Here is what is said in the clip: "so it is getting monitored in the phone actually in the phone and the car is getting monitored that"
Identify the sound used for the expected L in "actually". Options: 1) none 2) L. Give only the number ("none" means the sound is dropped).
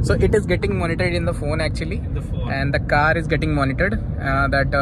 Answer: 1